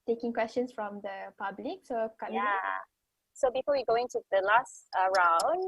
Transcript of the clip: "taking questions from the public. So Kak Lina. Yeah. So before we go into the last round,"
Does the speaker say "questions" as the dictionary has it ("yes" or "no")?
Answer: no